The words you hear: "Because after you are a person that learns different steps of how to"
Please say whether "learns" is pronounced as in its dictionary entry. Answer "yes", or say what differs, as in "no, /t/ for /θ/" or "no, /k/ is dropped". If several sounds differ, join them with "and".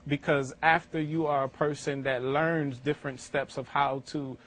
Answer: yes